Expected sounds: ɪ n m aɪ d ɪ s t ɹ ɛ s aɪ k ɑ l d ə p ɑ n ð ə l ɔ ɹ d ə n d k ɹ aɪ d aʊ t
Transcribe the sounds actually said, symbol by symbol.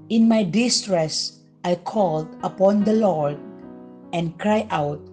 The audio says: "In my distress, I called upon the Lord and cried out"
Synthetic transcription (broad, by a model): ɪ n m aɪ d ɪ s t ɹ ɛ s aɪ k ɑ l d ə p ɑ n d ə l ɔ ɹ d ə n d k ɹ aɪ aʊ t